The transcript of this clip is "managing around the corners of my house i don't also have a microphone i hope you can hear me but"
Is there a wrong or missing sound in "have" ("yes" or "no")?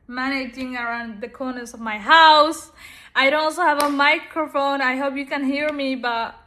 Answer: no